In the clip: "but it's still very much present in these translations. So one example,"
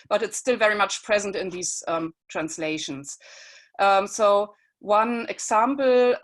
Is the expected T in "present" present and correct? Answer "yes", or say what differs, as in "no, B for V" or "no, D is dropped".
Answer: yes